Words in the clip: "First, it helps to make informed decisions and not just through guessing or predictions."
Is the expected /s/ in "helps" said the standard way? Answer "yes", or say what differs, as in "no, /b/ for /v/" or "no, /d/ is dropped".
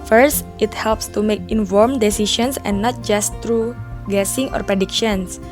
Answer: yes